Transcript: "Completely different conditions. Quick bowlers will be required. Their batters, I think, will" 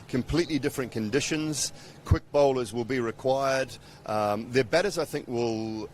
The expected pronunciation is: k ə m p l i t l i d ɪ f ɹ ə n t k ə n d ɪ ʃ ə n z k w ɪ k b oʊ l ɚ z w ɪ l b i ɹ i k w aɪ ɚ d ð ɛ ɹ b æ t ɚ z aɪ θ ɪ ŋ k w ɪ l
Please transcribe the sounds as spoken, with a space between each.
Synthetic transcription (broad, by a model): k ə m p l i t l i d ɪ f ɹ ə n k ə n d ɪ ʃ ə n z k w ɪ k b oʊ l ɚ z w ɪ l b i ɹ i k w aɪ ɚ d ð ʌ ɹ b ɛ t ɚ z aɪ θ ɪ ŋ k w ɪ l